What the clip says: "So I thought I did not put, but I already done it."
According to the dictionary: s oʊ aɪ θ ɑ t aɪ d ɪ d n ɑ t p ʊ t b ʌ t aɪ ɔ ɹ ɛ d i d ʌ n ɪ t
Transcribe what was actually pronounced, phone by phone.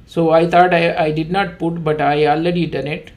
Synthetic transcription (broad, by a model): s oʊ aɪ t ɑ t aɪ d ɪ d n ɑ t p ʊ t b ʌ t aɪ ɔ l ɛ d i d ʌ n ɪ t